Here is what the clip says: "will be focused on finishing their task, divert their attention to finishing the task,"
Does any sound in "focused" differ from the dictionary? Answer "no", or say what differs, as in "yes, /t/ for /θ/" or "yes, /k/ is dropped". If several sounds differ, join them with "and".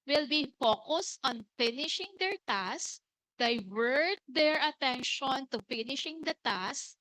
no